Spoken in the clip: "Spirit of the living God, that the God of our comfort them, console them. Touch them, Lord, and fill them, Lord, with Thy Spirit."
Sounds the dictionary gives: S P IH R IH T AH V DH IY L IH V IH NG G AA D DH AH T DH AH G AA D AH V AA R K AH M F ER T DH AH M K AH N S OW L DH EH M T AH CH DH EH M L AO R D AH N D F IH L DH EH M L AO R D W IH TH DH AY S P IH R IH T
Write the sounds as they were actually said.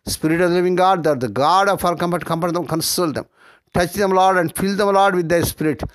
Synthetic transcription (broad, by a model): S P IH R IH T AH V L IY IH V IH NG G AA D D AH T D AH G AA D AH F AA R K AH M P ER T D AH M K AH N S OW L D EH M T AH CH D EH M L AO R D AH N D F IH L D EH M L AO R D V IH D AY S P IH R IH T